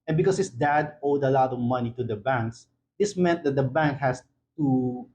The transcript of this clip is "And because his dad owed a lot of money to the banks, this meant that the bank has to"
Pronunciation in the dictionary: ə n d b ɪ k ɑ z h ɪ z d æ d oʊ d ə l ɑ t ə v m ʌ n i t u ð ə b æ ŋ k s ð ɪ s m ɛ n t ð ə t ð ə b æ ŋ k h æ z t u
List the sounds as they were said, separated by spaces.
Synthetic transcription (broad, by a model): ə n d b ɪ k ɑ s h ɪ s d æ d oʊ d ə l ɑ t ə v m ʌ n i t u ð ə b æ ŋ k s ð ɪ s m ɛ n t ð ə t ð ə b æ ŋ k h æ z t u